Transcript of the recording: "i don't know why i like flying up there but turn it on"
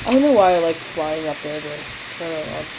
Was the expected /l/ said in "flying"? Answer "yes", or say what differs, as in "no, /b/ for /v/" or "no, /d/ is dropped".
yes